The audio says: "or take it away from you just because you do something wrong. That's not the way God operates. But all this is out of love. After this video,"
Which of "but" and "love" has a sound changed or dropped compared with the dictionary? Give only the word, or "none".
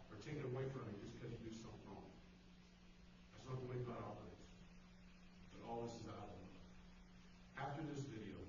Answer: love